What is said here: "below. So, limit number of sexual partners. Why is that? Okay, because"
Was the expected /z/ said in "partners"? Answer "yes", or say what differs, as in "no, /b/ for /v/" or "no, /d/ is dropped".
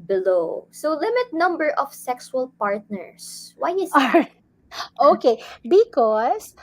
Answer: no, /s/ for /z/